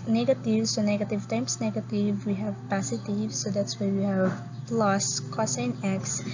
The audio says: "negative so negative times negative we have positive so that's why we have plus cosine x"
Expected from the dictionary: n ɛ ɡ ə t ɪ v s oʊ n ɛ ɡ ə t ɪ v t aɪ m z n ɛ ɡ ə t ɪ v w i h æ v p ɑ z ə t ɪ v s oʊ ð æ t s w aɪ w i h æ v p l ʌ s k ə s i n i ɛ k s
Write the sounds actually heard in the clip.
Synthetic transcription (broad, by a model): n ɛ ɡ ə t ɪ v s oʊ n ɛ ɡ ə t ɪ v t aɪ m s n ɛ ɡ ə t ɪ v w i h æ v p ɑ s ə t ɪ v s oʊ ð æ t s w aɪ w i h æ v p l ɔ s k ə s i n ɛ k s